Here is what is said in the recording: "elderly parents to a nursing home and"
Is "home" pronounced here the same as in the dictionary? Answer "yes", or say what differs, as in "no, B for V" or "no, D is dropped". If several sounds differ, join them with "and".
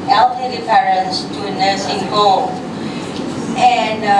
no, M is dropped